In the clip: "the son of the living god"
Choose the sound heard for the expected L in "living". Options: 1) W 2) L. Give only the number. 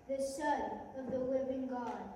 1